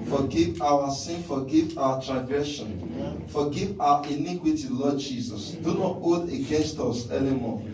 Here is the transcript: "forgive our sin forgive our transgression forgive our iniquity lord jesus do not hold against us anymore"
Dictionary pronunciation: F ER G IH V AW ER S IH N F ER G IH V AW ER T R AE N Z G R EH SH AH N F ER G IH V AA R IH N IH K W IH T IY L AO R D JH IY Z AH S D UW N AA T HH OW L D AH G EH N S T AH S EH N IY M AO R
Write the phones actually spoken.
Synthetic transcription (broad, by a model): F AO G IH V AW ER S IH N F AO G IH V AW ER T R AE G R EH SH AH N F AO G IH V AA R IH N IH K W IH T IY L AO D JH IY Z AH S D UW N AA T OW D AH G EH N S T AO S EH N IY M AO